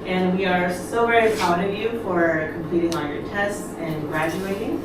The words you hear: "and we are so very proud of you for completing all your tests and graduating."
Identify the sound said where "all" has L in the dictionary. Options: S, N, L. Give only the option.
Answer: N